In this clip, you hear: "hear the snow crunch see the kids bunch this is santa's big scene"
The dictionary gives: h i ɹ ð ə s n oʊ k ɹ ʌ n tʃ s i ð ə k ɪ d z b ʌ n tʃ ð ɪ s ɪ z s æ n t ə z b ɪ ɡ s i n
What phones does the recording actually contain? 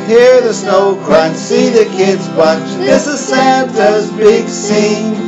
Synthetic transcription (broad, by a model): h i ɹ ð ə s n oʊ k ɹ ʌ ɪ s i ð ə k ɪ d z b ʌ tʃ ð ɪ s ɪ z s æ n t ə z b ɪ ɡ s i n